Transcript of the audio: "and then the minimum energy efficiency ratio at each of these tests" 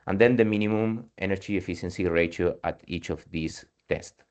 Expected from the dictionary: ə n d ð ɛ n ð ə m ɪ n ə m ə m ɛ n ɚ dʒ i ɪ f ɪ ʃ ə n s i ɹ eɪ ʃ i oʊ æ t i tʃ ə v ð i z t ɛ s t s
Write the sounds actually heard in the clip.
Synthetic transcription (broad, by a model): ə n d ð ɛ n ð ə m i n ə m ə m ɛ n ɚ dʒ i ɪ f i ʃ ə n s i ɹ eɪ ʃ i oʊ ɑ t i tʃ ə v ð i s t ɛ s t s